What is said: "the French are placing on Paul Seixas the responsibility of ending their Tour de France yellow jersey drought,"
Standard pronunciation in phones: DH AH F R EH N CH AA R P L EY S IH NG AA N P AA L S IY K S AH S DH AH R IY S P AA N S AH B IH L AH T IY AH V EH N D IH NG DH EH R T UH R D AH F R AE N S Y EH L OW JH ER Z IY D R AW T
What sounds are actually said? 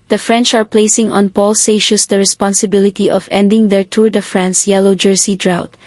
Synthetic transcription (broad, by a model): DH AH F R EH N CH AA R P L EY S IH NG AA N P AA L S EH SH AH S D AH R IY S P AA N S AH B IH L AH T IY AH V EH N D IH NG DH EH R T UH R D AH F R AE N S Y EH L OW JH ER S IY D R AW T